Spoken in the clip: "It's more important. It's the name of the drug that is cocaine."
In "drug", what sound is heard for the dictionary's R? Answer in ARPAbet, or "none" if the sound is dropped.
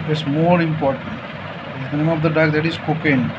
none